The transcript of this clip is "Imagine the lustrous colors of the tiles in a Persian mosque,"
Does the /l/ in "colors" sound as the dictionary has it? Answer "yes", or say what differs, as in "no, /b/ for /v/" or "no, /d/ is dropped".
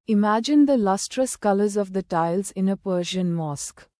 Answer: yes